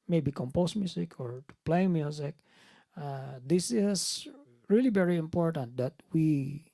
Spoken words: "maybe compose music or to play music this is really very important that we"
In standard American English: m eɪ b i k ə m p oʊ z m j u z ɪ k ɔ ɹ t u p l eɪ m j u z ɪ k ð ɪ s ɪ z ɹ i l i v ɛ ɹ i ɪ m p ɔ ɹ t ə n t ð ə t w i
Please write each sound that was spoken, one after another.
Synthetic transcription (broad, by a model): m eɪ b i k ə m p oʊ s m j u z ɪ k ɔ ɹ t u p l eɪ m j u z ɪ k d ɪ s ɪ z ɹ i l i v ɛ ɹ i ɪ m p ɔ ɹ t ə n t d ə t w i